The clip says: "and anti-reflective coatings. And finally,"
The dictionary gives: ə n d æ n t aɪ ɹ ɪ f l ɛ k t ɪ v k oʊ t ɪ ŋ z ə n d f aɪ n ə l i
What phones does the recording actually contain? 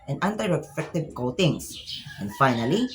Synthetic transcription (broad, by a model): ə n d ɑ n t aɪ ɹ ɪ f ɛ k t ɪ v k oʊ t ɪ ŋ s ə n d f aɪ n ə l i